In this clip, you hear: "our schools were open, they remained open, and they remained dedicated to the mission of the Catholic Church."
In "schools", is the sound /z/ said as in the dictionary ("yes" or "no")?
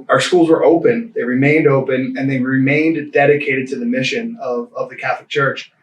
yes